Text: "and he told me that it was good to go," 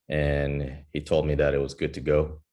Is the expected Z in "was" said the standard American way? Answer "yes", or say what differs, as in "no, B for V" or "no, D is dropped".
yes